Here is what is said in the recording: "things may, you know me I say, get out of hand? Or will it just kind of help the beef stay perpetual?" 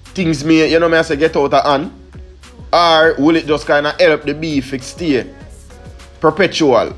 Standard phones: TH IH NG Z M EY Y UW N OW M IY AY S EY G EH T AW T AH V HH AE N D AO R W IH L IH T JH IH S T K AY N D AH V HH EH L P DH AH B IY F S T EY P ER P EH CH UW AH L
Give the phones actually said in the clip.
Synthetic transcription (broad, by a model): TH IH NG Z M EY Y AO N OW M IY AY S EY G EH T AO T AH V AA N AA R W IH L IH T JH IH S K AY N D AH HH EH L P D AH B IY F S T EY P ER P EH CH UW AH L